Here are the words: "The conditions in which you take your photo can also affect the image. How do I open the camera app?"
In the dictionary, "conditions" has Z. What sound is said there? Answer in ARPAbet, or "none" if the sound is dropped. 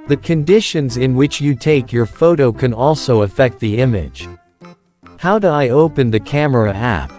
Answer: Z